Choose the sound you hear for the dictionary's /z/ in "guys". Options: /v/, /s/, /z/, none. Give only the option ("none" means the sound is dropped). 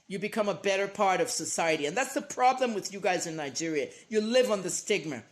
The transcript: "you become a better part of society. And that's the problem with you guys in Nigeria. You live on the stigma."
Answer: /z/